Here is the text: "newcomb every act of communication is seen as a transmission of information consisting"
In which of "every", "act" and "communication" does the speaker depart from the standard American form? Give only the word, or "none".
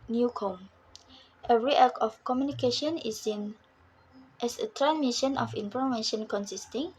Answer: act